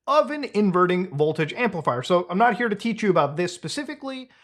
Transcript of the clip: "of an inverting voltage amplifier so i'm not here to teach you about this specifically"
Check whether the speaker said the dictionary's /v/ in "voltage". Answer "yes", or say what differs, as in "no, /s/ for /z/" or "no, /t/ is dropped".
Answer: yes